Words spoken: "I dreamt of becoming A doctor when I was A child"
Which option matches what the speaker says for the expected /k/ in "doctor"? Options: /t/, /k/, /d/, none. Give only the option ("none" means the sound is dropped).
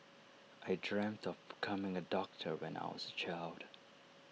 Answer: /k/